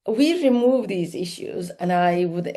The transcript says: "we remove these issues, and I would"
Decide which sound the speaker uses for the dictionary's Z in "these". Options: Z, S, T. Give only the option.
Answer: Z